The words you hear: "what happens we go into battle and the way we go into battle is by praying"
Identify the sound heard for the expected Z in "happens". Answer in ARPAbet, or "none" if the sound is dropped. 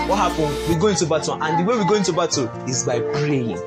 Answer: none